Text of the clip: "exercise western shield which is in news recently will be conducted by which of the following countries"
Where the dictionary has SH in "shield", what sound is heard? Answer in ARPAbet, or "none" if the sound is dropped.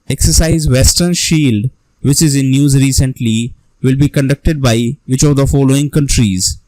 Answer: SH